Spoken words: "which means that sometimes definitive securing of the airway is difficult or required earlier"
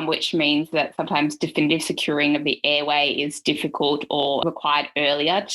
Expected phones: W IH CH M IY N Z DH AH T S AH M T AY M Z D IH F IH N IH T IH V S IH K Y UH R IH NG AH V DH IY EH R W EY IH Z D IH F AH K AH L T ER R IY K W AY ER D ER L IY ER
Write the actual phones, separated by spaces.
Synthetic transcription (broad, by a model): W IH CH M IY N Z DH AH T S AH M T AY M Z D IH F IH N IH T IH V S IH K Y UH R IH NG AH V DH IY EH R W EY IH Z D IH F AH K AH L T ER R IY K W AY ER D ER L IY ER